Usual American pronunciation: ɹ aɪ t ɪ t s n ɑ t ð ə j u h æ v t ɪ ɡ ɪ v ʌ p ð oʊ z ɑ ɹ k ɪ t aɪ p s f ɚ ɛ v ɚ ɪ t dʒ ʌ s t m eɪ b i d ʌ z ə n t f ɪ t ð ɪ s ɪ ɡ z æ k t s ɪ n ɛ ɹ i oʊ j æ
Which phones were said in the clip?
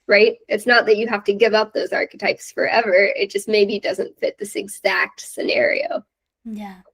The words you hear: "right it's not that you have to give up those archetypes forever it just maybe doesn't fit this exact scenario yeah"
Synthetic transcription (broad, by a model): ɹ aɪ t ɪ t s n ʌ t ð ə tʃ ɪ h æ f t ɪ ɡ ɪ v ʌ p ð oʊ z ɑ ɹ k ɪ t aɪ p s f ɚ ɛ v ɚ ɪ t dʒ ʌ s t m eɪ b i d ʌ z ə n t f ɪ t ð ɪ s ɪ ɡ z æ k t s ɪ n ɛ ɹ i oʊ j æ